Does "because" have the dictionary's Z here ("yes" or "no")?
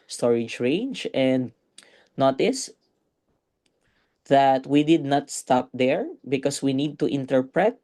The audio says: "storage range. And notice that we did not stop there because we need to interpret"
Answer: no